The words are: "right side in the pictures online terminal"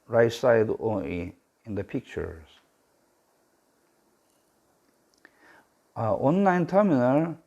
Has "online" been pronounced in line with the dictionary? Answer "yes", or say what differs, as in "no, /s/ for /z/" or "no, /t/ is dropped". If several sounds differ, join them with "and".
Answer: yes